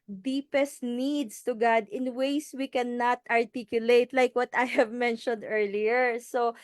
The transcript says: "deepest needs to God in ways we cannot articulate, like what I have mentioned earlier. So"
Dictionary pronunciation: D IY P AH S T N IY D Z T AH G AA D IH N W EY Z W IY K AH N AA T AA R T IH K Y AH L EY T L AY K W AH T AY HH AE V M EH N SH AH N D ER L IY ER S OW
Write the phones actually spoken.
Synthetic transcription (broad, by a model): D IY P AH S T N IY D S T AH G AA D IH N W EY S W IY K AH N AA T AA R T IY K Y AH L EY T L AY K W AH T AY HH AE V M EH N SH AH N D ER L IY ER S OW